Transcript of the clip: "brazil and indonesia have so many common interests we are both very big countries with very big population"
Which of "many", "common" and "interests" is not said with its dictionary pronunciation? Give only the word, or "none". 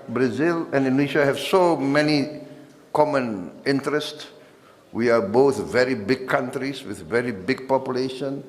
none